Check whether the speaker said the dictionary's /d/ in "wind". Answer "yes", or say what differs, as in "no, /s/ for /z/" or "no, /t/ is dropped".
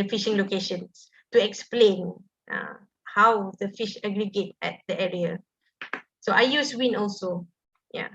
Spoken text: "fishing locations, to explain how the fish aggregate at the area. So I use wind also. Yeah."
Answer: no, /d/ is dropped